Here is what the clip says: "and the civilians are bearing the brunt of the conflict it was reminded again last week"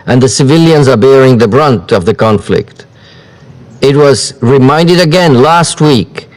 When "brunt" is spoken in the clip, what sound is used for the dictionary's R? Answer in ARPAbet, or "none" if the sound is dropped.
R